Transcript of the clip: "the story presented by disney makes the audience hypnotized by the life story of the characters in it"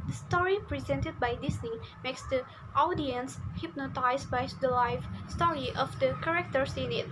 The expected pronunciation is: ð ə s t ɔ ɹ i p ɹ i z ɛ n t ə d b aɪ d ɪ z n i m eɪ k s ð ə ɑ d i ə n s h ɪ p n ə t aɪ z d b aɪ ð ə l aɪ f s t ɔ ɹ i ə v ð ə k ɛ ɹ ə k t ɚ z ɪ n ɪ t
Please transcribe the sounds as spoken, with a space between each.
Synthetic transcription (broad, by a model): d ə s t ɔ ɹ i p ɹ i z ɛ n t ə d b aɪ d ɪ s n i m eɪ k s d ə ɑ d i ə n s h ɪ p n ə t aɪ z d b aɪ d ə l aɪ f s t ɔ ɹ i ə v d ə k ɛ ɹ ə k t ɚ s ɪ n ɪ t